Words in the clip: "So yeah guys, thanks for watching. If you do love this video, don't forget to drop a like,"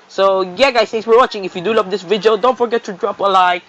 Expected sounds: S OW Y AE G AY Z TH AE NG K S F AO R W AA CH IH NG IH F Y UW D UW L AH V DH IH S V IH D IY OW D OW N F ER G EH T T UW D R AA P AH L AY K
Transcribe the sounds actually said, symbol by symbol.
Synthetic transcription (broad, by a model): S OW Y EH G AY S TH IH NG S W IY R W AA CH IH NG IH F Y UW D UW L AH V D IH S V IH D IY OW D OW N F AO G EH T T UW D R AA P AH L AY